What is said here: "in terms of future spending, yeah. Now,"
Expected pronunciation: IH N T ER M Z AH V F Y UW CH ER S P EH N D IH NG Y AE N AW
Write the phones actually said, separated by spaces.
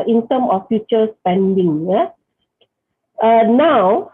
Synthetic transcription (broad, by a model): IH N T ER M AH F Y UW CH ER S P EH N D IH NG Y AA N AW